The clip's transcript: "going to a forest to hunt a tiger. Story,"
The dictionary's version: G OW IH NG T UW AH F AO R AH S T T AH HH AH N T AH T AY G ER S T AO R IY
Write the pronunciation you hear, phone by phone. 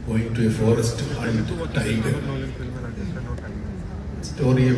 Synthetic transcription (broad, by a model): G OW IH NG T UW AH F AO R AH S T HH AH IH T T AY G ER S T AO R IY